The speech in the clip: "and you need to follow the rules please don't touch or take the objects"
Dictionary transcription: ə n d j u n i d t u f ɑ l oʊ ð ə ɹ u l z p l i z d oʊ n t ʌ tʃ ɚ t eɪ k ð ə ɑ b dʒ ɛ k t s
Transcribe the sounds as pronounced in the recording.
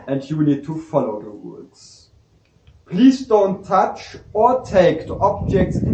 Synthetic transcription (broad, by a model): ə n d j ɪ n i d t u f ɑ l oʊ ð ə w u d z p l i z d oʊ n t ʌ tʃ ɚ t eɪ k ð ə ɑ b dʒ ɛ k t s